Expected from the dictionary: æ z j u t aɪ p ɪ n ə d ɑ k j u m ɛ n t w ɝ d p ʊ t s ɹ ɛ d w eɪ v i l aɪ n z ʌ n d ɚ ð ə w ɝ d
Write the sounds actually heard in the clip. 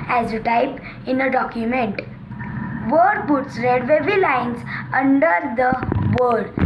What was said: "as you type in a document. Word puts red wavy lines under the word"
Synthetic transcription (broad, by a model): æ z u t aɪ p ɪ n ə d ɑ k j u m ɛ n t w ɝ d b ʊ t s ɹ ɛ d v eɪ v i l aɪ n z ʌ n d ɚ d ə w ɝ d